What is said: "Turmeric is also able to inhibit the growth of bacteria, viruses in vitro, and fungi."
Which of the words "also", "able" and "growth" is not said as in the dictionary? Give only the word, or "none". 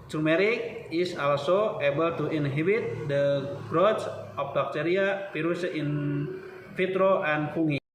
growth